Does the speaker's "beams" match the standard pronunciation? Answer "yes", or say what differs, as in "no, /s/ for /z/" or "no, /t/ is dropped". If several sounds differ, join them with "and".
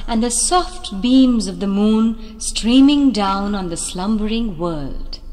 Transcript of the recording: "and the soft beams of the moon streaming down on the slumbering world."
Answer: yes